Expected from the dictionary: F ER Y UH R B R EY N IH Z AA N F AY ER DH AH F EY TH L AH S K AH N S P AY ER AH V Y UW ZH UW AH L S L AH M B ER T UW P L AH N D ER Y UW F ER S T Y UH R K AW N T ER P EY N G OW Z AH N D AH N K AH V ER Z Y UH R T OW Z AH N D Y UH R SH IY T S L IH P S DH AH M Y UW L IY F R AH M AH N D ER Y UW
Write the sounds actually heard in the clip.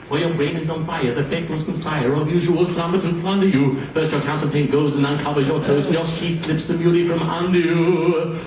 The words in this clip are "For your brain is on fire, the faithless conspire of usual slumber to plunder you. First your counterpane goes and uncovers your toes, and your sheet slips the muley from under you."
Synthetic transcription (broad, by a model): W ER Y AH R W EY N IH Z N F AY ER DH AH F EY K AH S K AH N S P AY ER AH V Y UW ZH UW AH L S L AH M ER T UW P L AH N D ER Y UW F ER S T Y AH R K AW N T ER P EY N G OW Z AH N AH N K AH V ER Z Y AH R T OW AH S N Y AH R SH IY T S L IH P S DH AH M Y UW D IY F R AH M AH N D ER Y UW